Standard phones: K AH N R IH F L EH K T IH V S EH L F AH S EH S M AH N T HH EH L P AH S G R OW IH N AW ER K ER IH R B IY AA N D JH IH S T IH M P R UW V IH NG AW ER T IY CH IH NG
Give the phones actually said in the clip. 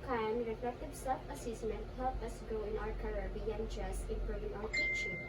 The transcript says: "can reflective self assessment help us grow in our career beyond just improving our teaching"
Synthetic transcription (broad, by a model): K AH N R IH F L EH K T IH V S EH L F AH S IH S M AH N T HH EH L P AH S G OW IH N AW ER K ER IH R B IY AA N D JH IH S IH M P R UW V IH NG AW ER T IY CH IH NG